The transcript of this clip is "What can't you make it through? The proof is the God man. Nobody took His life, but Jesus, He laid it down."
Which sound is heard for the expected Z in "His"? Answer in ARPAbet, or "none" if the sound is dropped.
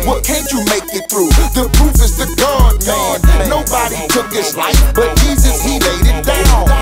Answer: S